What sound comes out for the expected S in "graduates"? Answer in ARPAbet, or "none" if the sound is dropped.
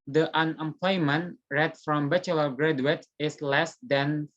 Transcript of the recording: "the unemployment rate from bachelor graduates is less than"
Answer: none